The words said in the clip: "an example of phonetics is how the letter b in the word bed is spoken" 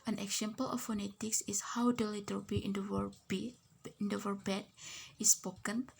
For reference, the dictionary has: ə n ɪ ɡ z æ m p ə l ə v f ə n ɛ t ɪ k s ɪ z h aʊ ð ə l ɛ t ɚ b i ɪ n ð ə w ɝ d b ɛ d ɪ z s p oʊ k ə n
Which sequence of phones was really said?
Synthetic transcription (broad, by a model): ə n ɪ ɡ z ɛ m p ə l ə f ə n ɛ t ɪ k s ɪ s h aʊ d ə l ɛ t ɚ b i ɪ n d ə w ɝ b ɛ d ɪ s p oʊ k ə n